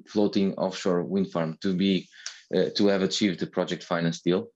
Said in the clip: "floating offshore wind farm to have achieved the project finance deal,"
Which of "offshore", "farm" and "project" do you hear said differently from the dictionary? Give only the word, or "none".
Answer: none